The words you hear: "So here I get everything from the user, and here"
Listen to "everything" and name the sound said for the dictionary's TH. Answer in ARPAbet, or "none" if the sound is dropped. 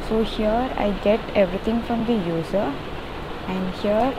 T